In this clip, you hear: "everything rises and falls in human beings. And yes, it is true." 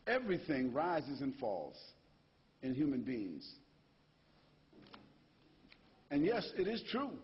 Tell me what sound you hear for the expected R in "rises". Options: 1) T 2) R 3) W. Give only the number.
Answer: 2